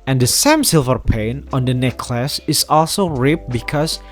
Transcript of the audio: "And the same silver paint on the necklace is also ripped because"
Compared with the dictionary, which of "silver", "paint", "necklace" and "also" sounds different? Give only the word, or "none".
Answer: paint